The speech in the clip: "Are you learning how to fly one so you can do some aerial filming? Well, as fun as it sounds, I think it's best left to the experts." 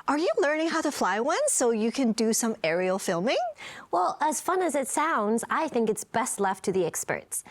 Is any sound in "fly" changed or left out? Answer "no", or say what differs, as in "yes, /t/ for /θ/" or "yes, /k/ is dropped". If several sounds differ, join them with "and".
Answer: no